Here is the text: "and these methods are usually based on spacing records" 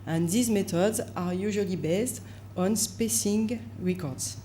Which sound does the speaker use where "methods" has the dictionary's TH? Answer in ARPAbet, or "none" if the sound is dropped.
T